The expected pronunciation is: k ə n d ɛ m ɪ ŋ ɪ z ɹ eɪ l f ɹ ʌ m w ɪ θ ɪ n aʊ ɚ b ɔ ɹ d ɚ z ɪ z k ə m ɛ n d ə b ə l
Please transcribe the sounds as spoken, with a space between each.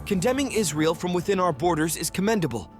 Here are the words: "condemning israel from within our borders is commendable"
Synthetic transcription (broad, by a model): k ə n d ɛ m ɪ ŋ ɪ z ɹ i l f ɹ ʌ m w ɪ θ ɪ n aʊ ɚ b ɔ ɹ d ɚ z ɪ z k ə m ɛ n d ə b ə l